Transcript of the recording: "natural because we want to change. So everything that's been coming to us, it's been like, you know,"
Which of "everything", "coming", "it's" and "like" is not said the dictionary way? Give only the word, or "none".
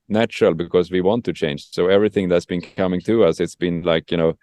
none